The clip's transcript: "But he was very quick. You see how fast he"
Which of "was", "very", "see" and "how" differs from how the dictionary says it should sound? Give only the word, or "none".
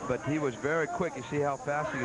none